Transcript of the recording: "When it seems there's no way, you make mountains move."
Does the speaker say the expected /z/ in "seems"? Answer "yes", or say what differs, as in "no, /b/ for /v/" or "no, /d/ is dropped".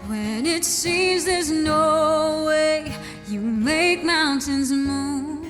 yes